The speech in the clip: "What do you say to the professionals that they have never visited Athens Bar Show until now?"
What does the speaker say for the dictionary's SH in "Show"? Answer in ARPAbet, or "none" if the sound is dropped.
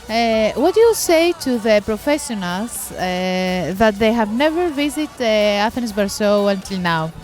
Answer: S